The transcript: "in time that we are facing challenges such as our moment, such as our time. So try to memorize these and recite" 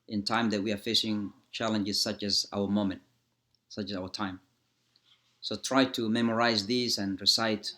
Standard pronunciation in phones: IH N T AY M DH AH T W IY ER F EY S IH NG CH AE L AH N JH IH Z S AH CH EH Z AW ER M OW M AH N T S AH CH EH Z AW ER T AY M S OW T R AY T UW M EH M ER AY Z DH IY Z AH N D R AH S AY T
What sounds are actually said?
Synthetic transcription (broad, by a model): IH N T AY M DH AH T W IY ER F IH SH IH NG CH AE L AH N JH IH Z S AH CH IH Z AW ER M OW M AH N T S AH CH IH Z AW ER T AY M S OW T R AY T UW M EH M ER AY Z DH IY Z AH N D R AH S AY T